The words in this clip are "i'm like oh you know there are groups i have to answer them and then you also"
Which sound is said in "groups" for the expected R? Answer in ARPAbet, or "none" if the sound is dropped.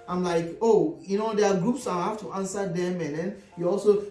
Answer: R